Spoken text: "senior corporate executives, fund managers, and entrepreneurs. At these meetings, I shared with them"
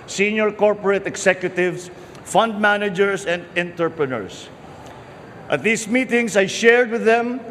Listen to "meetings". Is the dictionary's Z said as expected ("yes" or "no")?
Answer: no